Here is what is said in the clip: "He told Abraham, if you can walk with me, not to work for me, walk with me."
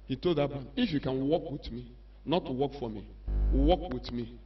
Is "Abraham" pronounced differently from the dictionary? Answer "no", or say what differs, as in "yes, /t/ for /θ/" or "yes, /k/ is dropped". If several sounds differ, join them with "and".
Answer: yes, /ɹ/ is dropped